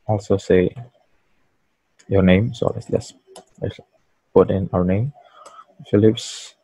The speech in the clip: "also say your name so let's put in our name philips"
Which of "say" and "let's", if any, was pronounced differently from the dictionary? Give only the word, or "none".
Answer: let's